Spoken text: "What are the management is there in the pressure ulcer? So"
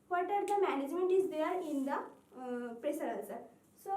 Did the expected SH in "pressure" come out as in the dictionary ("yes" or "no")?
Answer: no